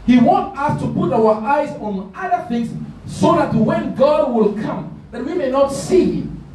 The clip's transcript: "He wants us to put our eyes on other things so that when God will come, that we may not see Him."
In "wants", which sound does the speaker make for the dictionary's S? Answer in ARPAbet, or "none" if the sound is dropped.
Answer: none